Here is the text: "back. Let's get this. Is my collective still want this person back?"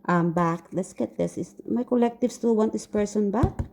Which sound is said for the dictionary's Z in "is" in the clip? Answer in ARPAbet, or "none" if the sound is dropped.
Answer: S